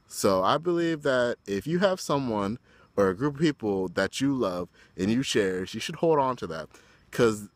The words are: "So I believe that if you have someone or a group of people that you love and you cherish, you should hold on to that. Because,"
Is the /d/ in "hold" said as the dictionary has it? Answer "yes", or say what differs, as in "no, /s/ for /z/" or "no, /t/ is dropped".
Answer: yes